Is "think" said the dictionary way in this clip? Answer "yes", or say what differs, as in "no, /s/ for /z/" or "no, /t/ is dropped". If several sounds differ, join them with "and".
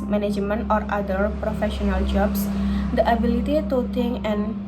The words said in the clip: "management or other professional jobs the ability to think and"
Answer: no, /t/ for /θ/ and /k/ is dropped